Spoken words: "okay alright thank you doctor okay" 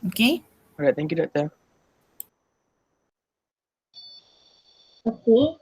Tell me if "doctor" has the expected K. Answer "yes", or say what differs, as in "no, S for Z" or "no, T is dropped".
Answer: no, K is dropped